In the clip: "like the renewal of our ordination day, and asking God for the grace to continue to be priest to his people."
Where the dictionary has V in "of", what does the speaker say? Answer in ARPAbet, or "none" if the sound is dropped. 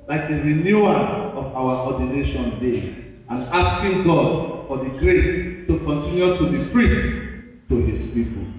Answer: W